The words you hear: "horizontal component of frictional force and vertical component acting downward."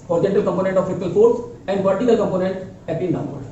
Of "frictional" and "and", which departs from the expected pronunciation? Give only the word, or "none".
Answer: frictional